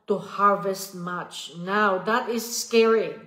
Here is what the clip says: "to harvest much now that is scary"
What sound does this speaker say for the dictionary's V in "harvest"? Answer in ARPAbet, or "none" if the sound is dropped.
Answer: V